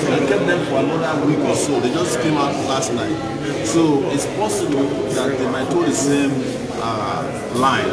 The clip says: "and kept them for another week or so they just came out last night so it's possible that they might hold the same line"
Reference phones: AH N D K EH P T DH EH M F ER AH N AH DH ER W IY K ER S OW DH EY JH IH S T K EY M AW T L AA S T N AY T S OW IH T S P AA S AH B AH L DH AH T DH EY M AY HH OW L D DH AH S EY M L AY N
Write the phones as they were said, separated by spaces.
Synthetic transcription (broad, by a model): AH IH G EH T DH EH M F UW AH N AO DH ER W IY K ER S OW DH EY JH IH S K EY M AW T L AA S T N AY T S OW IH T S P AA S AH B AH L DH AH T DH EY M AY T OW D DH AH S EY M L AY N